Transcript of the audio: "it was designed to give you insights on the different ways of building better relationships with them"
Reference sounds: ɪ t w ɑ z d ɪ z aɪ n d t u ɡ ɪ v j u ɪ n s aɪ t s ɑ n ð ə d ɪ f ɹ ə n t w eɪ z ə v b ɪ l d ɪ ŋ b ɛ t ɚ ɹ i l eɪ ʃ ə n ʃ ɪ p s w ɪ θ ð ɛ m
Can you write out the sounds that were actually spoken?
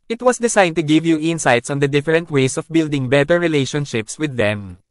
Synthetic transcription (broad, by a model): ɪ t w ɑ s d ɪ s aɪ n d t u ɡ ɪ v j u ɪ n s aɪ t s ɑ n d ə d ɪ f ɹ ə n t w eɪ s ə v b ɪ l d ɪ ŋ b ɛ t ɚ ɹ i l eɪ ʃ ə n ʃ ɪ p s w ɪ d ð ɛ m